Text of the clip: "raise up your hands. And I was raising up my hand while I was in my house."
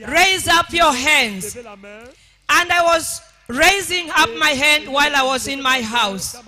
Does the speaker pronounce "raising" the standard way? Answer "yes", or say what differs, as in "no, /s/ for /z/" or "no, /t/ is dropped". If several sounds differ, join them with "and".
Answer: yes